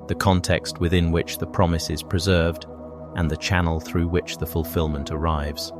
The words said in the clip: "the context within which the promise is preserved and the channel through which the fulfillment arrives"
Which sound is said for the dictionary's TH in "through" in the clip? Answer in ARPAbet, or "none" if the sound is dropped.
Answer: TH